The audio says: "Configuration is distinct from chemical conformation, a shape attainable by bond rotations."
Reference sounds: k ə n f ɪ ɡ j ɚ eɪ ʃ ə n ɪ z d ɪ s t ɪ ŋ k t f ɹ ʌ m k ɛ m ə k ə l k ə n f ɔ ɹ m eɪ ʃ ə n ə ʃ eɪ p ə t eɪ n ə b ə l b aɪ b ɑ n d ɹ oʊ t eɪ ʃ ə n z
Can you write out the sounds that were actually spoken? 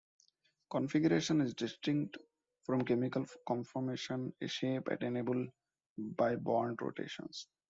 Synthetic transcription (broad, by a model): k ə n f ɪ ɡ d eɪ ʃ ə n ɪ z d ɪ s t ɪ ŋ k t f ɹ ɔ m k ɛ m ə k ə l k ə n f ɔ ɹ m eɪ ʃ ə n ə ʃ eɪ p ə t eɪ n ə b ə l b aɪ b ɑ n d ɹ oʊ t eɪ ʃ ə n s